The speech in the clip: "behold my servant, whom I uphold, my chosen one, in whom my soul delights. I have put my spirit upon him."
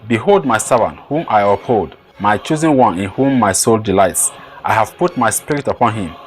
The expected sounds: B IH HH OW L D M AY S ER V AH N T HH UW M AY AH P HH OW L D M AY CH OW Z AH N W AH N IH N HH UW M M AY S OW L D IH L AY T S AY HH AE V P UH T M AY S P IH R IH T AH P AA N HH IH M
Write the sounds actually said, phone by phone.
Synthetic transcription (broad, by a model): B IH HH OW L D M AY S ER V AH N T HH UW M AY AH P HH OW L D M AY CH OW Z AH N W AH N IH N HH UW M M AY S OW L D IH L AY T S AY HH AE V P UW T M AY S P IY R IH T AH P AA N HH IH M